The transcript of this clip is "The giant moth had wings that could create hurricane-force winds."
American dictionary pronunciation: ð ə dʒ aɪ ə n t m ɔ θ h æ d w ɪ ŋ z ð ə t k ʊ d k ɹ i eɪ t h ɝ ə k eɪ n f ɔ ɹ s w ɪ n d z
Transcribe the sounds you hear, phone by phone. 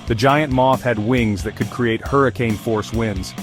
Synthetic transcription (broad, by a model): ð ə dʒ aɪ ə n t m ɔ θ h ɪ d w ɪ ŋ z ð ə t k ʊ d k ɹ i eɪ t h ɝ ə k eɪ n f ɔ ɹ s w ɪ n d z